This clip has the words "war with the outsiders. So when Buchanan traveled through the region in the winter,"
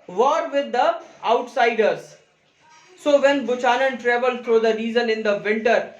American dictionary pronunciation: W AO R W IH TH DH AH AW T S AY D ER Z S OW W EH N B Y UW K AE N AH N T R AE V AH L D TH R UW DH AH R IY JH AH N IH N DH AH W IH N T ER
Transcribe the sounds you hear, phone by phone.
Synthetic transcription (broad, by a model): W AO R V IH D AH AW T S AY D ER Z S OW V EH N B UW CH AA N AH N T R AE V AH L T R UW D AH R IY Z AH N IH N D AH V IH N T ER